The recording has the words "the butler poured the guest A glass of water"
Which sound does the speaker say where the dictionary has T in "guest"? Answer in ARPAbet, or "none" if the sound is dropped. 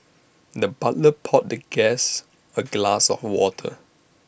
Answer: none